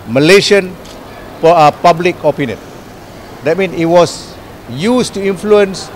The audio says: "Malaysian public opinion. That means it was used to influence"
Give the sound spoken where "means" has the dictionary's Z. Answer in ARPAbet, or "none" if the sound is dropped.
none